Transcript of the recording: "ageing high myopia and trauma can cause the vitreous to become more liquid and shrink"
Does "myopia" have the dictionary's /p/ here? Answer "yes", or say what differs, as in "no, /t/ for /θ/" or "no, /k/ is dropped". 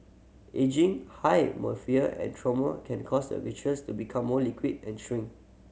no, /f/ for /p/